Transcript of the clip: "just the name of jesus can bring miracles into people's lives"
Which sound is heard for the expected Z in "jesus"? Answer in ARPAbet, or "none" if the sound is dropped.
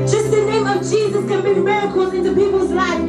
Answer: Z